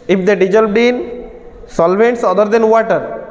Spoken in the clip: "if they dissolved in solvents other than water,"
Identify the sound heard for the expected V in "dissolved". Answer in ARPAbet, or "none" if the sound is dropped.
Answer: B